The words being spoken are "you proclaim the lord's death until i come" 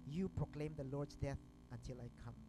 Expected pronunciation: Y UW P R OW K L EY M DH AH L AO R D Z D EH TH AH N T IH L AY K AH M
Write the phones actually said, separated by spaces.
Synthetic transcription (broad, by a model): Y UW P R OW K L EY M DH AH L AO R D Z D EH TH AH N T IH L AY K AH M